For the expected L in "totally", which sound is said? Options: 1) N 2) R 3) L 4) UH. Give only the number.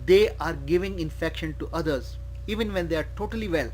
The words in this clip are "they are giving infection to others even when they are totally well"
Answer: 3